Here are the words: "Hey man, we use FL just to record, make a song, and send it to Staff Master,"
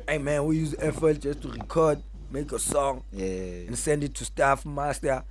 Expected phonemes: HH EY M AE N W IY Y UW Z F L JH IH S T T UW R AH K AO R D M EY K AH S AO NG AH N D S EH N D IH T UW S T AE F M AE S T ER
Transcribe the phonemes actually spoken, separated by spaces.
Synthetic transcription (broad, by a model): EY M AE N W IY Y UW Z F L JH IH S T T UW R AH K AO D M EY K AH S AO NG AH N S EH N D IH T UW S T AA F M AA S T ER